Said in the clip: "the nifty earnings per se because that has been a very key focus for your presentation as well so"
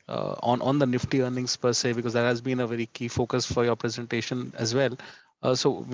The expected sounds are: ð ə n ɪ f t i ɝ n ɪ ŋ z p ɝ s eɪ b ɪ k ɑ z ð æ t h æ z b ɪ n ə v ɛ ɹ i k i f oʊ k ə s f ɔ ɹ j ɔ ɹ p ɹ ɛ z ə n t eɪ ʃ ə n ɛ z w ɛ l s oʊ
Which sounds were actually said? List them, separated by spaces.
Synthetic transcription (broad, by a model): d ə n ɪ f t i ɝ n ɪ ŋ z p ɝ s eɪ b ɪ k ɑ z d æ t h æ z b ɪ n ə v ɛ ɹ i k i f oʊ k ə s f ɔ ɹ j ɔ ɹ p ɹ ɛ z ə n t eɪ ʃ ə n ɛ z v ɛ l s oʊ